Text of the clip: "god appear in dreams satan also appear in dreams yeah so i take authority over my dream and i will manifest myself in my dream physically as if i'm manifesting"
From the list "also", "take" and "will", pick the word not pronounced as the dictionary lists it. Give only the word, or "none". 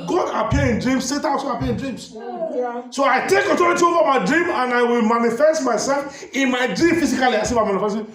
also